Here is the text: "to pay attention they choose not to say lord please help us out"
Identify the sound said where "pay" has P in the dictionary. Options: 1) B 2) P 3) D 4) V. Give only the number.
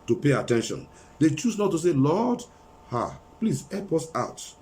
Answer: 2